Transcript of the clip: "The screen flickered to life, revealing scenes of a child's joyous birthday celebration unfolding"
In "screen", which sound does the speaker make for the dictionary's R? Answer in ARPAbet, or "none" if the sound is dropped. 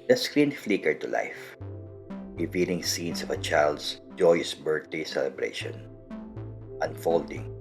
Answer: R